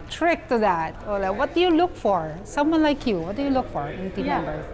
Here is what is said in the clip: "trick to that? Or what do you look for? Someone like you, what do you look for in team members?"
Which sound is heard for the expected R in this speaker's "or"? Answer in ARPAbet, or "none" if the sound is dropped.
L